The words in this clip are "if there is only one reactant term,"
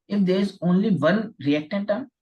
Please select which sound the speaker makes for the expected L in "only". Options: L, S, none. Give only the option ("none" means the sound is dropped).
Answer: L